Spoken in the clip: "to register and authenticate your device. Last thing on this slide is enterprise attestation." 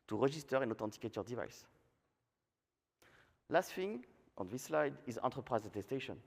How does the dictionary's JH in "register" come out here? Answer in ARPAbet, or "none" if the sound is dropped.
ZH